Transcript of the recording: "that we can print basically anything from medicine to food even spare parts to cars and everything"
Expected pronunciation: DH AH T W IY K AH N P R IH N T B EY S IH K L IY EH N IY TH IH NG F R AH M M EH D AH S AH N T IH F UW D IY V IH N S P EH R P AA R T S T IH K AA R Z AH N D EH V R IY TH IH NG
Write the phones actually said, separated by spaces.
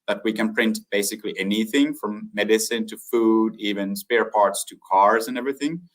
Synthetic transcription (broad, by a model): DH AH T W IY K AH N P R IH N T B EY S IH K L IY EH N IY TH IH NG F R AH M M EH D AH S AH N T IH F UW D IY V IH N S P EH R P AA R T S T IH K AA R Z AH N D EH V R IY TH IH NG